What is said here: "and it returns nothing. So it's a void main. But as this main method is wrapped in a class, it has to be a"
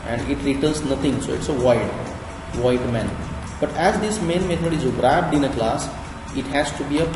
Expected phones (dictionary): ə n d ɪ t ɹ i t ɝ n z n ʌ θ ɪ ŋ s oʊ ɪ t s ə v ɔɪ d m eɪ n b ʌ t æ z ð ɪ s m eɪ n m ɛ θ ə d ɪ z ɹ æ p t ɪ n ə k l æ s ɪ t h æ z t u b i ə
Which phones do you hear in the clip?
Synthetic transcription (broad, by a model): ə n d ɪ t ɹ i t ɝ n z n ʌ t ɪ ŋ s oʊ ɪ t s ə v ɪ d m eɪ n b ʌ t æ z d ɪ s m eɪ n m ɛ t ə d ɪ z ɹ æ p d ɪ n ə k l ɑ s ɪ t h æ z t u b i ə